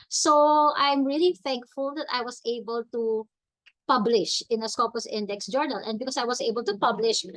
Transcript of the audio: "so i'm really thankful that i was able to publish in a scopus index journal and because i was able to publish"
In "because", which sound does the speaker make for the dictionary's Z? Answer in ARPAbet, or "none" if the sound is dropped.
S